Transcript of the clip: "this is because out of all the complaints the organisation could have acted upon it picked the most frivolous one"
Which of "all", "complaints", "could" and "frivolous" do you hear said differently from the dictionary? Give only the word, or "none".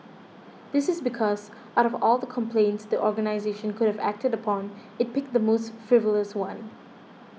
none